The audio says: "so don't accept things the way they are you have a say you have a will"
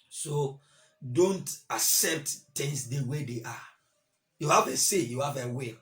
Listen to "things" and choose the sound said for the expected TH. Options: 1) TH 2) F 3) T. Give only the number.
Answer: 3